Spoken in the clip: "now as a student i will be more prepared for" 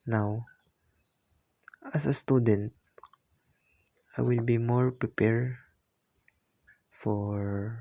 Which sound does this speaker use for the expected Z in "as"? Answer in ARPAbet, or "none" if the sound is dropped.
S